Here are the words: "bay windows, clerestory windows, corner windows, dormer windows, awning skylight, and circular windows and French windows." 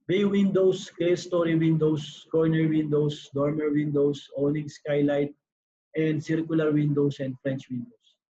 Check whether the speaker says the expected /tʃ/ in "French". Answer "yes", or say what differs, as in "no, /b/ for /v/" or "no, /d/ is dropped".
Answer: yes